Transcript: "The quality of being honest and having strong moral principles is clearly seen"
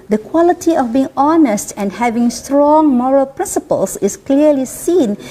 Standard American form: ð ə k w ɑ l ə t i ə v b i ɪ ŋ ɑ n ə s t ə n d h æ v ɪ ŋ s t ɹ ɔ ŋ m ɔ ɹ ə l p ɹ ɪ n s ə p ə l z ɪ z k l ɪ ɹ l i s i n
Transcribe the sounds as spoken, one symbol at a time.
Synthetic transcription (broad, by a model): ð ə k w ɑ l ə t i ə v b i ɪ ŋ ɑ n ə s t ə n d h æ v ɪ ŋ s t ɹ ɔ ŋ m ɔ ɹ ə l p ɹ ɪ n s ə p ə l s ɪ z k l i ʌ l i s i n